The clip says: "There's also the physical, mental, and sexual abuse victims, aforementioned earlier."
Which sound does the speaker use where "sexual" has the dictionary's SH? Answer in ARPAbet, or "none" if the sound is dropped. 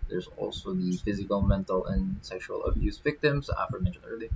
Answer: SH